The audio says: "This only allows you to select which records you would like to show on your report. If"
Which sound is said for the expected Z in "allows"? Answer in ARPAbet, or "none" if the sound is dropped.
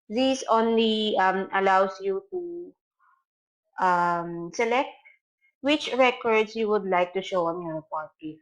S